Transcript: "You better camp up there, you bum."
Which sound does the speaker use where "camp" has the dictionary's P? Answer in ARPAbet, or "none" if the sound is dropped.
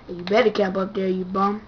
P